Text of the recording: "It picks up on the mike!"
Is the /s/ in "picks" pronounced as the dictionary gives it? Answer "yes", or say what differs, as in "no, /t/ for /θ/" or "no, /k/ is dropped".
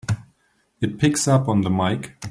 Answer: yes